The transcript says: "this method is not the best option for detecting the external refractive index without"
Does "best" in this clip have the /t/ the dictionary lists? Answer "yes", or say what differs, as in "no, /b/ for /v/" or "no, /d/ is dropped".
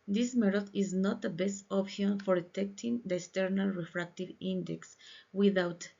yes